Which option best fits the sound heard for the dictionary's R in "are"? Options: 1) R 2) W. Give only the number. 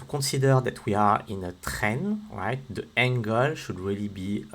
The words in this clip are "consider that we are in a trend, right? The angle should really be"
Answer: 1